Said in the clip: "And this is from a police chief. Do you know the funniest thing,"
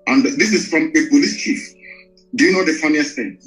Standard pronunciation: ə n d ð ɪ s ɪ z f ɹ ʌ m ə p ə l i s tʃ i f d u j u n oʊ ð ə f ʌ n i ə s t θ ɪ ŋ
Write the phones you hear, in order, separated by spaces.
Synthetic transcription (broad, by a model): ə n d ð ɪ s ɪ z f ɹ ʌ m ə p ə l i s tʃ i f d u j u n oʊ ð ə f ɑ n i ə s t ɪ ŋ